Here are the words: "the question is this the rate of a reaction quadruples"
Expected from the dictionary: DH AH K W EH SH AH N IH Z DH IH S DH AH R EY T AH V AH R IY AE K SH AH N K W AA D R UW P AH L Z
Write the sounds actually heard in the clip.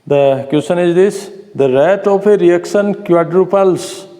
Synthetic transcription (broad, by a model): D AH K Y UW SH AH N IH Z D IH S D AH R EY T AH P AH R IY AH K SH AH N K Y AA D R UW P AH L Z